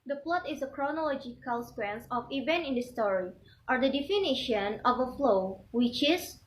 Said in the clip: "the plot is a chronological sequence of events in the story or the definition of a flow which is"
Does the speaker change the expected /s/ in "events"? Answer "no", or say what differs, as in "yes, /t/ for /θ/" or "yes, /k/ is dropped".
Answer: yes, /s/ is dropped